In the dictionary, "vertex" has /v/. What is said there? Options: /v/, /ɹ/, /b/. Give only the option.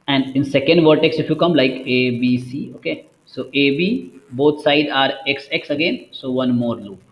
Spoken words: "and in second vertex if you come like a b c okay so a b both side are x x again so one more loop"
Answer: /v/